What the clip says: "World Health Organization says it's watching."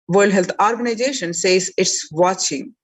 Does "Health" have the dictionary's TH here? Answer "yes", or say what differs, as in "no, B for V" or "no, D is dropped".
no, T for TH